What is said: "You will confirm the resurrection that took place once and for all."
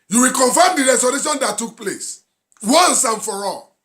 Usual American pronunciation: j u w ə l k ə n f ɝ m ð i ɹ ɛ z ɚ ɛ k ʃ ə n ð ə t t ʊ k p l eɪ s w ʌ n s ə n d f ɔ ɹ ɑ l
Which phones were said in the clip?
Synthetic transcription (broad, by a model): j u w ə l k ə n f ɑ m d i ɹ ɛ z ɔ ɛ ʃ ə n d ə t t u k p l eɪ s w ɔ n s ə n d f ɔ ɹ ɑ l